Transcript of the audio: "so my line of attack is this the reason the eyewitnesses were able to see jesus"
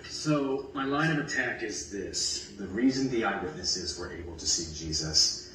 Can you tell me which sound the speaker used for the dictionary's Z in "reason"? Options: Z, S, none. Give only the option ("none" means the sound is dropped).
Z